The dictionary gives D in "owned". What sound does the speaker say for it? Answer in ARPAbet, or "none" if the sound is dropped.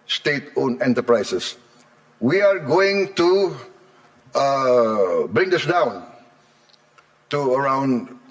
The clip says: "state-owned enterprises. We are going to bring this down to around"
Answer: none